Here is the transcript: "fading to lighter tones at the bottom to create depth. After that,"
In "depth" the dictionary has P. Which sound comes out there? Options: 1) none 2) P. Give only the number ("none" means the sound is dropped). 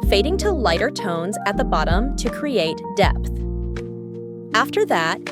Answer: 2